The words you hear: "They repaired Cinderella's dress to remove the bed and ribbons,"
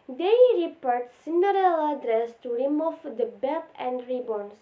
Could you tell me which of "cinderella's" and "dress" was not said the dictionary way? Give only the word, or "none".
cinderella's